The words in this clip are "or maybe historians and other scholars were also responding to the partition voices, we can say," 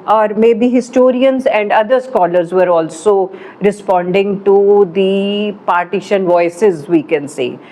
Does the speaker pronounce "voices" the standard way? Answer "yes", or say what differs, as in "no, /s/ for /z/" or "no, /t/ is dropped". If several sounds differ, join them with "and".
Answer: yes